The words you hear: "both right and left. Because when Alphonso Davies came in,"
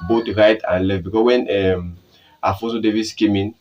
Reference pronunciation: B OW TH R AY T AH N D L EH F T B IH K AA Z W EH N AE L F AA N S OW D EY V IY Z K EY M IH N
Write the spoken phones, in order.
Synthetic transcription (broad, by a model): B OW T R AY T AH N L EH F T B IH K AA S W EH N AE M F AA S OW D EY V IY S K EY M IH N